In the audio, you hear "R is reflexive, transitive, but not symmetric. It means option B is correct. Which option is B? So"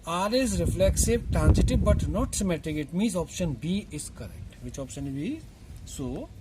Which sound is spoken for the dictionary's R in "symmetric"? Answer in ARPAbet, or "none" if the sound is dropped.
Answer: none